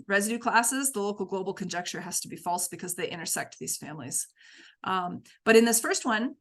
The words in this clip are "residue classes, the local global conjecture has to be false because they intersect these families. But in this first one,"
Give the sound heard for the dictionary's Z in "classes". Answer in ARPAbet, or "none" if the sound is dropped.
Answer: Z